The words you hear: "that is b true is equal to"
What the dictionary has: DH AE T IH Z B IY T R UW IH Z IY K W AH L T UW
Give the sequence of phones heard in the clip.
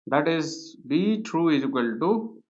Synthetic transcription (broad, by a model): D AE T IH Z B IY T R UW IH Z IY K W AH L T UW